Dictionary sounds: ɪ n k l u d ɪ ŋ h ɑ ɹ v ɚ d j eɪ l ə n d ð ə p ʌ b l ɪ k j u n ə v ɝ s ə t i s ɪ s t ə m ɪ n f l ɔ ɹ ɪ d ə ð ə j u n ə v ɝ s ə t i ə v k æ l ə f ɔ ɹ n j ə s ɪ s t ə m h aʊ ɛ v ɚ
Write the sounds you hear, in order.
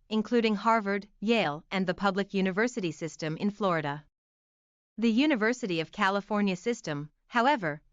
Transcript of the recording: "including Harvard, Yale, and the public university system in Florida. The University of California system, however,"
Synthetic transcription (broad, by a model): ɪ n k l u d ɪ ŋ h ɑ ɹ v ɚ d j eɪ l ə n ð ə p ʌ b l ɪ k j u n ə v ɝ s ə t i s ɪ s t ə m ɪ n f l ɔ ɹ ɪ d ə ð ə j u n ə v ɝ s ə t i ə v k æ l ə f ɔ ɹ n j ə s ɪ s t ə m h aʊ ɛ v ɚ